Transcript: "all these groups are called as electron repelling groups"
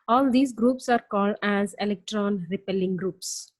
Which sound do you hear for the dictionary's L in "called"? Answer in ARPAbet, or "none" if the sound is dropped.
L